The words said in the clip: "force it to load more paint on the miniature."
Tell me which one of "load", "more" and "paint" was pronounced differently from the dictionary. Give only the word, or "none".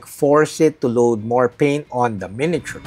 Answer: paint